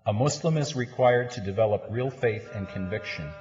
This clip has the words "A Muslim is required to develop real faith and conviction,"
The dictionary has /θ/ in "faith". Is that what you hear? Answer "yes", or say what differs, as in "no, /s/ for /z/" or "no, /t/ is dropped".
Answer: yes